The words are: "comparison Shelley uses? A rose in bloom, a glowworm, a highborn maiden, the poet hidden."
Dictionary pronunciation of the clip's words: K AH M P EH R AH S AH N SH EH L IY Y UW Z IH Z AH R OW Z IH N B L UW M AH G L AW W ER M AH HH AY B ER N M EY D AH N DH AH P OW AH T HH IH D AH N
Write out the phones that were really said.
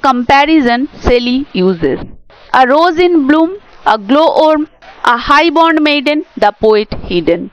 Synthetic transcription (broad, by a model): K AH M P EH R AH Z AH N S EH L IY Y UW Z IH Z AH R OW Z IH N B L UW M AH G L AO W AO M AH HH AY B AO N M EY D AH N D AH P OW AH T HH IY D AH N